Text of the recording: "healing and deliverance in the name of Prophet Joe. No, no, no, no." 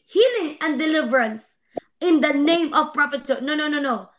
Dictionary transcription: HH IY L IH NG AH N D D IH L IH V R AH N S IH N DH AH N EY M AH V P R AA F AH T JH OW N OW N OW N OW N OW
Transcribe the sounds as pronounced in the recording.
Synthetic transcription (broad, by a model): HH IY L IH NG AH N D D IH L IH V R AH N S IH N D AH N EY M AH V P R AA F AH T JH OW N OW N OW N OW N OW